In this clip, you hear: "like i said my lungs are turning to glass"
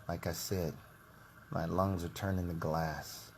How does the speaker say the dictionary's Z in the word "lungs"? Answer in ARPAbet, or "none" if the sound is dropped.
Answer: Z